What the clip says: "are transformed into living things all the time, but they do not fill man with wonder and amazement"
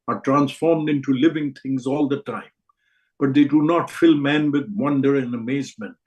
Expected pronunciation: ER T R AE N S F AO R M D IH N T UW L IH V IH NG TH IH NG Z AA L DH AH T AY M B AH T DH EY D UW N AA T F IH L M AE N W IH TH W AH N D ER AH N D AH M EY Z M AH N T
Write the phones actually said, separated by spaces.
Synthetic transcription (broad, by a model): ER T R AE N S F AO R M D IH N T UW L IH V IH NG T IH NG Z AA L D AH T AY M B AH T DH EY D UW N AA T F IH L M AE N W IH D W AH N D ER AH N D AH M EY Z M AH N T